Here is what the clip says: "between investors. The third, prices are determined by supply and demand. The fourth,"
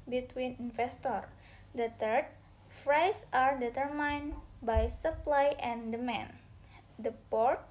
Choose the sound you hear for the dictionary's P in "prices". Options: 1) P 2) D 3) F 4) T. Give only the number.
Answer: 3